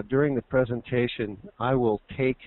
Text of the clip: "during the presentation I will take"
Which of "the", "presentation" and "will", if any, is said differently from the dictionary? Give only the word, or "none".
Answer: none